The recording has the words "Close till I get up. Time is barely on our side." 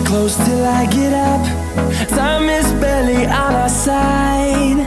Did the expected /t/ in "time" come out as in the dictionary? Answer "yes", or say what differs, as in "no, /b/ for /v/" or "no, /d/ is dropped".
no, /s/ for /t/